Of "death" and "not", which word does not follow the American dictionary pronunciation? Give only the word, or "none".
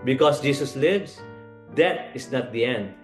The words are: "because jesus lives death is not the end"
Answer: death